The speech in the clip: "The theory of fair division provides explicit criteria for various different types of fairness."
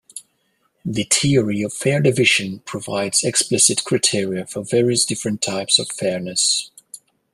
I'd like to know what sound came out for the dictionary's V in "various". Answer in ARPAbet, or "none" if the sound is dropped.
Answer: V